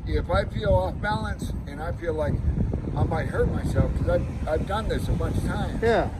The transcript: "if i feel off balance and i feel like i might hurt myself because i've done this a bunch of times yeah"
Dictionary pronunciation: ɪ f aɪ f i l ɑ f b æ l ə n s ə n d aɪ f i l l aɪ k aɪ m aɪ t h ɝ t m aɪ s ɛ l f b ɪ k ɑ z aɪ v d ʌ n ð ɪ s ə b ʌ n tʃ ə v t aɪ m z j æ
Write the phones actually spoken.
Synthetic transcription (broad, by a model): ɪ f aɪ f i l ɑ f b æ l ə n s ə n aɪ f i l l aɪ k aɪ m aɪ t h ɝ t m aɪ s ɛ l f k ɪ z ɑ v aɪ v d ʌ n ð ɪ s ə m ʌ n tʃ t aɪ m j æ